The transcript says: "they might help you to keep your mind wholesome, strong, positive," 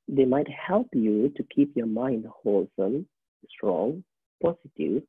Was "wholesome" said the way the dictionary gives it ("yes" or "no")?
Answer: yes